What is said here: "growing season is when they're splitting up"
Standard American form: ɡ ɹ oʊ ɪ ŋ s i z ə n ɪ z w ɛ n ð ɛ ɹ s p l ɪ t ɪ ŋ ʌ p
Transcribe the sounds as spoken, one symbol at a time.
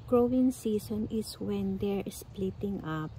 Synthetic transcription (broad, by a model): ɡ ɹ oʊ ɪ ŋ s i s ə n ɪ s w ɛ n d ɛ ɹ s p l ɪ t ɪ ŋ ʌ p